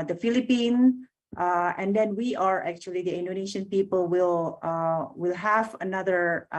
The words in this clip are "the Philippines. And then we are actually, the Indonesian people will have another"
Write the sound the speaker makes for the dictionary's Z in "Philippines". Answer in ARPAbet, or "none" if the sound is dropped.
none